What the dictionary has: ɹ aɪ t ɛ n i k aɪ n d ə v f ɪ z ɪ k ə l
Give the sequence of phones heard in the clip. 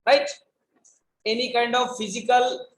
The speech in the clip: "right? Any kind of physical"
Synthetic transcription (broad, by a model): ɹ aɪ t ɛ n i k aɪ n d ə v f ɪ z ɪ k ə l